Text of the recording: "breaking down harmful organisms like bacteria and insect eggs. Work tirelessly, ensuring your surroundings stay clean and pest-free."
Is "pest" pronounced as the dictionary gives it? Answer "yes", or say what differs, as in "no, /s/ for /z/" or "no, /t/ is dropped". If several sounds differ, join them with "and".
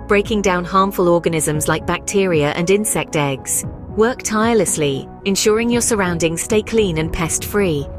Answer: yes